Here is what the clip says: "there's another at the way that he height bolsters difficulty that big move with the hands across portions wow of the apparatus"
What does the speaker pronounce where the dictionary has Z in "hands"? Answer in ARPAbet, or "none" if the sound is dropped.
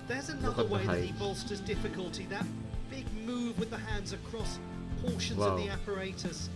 Z